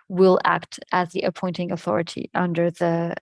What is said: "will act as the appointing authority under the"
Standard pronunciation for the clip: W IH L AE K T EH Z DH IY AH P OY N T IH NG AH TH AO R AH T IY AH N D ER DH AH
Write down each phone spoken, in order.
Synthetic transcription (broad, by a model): W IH L AE K T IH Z DH IY AH P OY N T IH NG AH TH AO R AH T IY AH N D ER DH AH